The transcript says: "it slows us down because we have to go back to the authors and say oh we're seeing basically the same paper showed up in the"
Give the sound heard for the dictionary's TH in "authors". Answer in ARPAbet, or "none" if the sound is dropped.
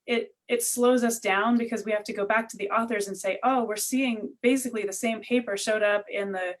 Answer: TH